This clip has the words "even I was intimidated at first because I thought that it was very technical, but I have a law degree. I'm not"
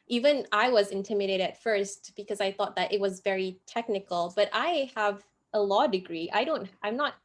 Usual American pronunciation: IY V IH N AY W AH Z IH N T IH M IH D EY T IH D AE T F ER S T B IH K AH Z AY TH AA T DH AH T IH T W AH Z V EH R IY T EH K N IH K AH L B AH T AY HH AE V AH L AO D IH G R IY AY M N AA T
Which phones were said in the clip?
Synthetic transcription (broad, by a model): IY V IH N AY W AH Z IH N T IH M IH D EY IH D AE T F ER S T B IH K AH Z AY TH AA T DH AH T IH T W AH Z V EH R IY T EH K N IH K AH L B AH T AY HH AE V AH L AO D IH G R IY AY M N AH T